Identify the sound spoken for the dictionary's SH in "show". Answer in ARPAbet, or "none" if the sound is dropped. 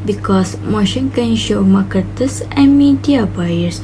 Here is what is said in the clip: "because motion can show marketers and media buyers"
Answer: SH